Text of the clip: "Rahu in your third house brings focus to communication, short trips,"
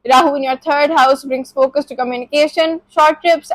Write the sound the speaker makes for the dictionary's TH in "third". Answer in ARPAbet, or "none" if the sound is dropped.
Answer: T